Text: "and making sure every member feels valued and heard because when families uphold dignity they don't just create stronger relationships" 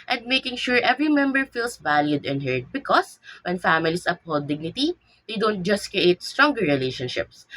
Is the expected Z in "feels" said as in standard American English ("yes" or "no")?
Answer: no